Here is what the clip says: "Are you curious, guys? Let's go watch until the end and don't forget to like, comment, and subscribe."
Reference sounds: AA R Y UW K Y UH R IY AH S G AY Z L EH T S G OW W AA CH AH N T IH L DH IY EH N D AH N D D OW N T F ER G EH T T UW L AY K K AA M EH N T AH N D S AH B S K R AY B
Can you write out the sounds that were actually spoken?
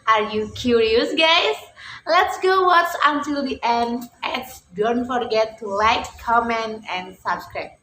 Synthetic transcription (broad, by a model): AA R Y UW K Y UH R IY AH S G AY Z L EH T S G OW W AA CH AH N T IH L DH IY EH N D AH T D D OW N T F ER G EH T T UW L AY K K AA M EH N T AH N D S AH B S K R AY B